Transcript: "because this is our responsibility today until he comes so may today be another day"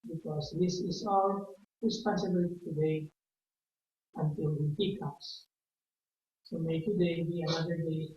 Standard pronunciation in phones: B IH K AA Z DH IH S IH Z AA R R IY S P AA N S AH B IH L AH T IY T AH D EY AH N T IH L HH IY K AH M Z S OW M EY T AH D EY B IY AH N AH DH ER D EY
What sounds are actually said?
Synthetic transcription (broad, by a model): B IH K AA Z DH IH S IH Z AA L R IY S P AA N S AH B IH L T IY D EY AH N T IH L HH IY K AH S S OW M EY T AH D EY B IY AH N AH DH ER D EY